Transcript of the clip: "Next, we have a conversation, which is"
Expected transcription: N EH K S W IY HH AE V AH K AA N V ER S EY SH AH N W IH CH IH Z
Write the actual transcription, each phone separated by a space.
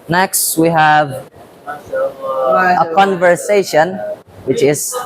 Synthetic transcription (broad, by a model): N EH K S W IY HH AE V AH K AA N V ER S EY SH AH N W IH CH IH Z